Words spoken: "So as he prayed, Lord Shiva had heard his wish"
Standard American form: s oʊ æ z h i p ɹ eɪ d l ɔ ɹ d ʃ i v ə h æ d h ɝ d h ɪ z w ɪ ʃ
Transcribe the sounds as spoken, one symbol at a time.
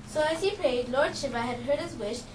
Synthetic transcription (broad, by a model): s oʊ æ z h i p ɹ eɪ d l ɔ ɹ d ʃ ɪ p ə h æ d h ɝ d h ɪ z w ɪ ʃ